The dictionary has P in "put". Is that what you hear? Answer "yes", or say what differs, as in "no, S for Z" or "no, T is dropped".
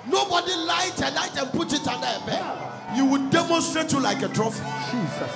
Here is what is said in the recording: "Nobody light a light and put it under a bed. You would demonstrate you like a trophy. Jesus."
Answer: yes